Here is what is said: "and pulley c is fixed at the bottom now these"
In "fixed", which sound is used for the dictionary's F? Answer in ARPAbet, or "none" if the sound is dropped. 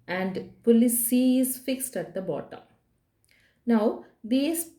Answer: F